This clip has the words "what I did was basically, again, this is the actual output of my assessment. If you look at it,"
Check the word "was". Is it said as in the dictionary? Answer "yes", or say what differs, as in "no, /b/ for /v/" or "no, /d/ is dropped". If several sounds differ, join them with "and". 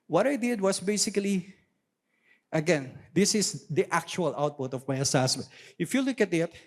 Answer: no, /s/ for /z/